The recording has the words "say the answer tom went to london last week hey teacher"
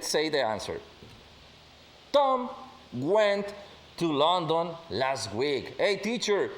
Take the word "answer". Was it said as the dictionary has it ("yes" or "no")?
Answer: yes